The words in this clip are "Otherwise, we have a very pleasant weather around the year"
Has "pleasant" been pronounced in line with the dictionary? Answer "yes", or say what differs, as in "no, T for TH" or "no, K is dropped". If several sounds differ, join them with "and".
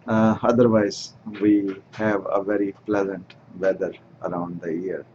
yes